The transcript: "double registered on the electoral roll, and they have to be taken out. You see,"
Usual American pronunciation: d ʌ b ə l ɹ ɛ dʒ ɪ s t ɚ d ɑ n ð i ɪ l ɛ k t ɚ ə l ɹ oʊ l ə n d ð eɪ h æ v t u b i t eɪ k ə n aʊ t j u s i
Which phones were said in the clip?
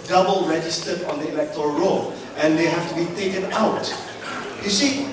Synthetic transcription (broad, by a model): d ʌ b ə l ɹ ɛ dʒ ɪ s t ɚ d ɑ n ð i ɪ l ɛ k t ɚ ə ɹ oʊ l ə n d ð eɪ h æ f t u b i t eɪ k ə n aʊ t j u s i